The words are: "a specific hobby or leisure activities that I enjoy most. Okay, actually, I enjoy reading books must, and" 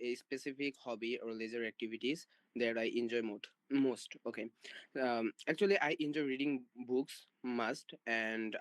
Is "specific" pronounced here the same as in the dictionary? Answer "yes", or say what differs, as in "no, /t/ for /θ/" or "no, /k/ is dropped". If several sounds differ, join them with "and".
no, /p/ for /f/